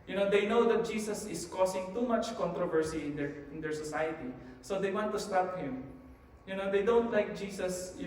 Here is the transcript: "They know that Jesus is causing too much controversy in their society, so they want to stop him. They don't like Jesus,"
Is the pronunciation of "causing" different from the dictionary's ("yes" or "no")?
yes